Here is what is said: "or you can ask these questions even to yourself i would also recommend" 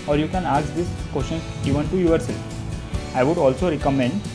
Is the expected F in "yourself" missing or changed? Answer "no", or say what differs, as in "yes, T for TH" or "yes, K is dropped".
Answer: yes, F is dropped